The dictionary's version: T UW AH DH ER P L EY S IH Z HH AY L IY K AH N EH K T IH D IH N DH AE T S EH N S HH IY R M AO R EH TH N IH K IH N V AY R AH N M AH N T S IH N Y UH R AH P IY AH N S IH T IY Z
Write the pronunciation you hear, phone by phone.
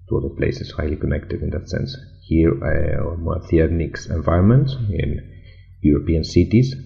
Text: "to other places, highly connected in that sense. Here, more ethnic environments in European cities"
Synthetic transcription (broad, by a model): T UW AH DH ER P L EY S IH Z HH AY L IY K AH N EH K T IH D IH N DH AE T S EH N S HH IY R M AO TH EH T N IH K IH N V AY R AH N M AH N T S IH N Y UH R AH P IY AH N S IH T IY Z